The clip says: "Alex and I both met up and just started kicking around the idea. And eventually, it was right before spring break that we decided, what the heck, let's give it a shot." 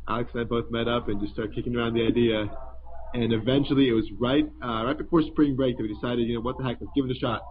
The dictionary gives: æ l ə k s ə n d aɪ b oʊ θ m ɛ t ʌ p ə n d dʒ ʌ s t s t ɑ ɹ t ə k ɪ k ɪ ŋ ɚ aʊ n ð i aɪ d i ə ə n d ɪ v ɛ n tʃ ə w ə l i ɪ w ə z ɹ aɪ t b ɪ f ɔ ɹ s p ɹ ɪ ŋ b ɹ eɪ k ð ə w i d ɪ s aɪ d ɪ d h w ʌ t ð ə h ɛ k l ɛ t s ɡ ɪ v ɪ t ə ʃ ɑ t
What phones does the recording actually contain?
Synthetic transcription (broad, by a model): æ l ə k s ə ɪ b oʊ θ m ɛ t ʌ p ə n dʒ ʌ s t s t ɑ ɹ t k ɪ k ɪ ŋ ɚ aʊ n ð i aɪ d i ə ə n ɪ v ɛ n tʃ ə w ə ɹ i ɪ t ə ɹ aɪ t b ɪ f ɔ ɹ s p ɹ ɪ ŋ b ɹ eɪ k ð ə w i d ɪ s aɪ d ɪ d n w ʌ t ð ə h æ k w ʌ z ɡ ɪ v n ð ə ʃ ɑ t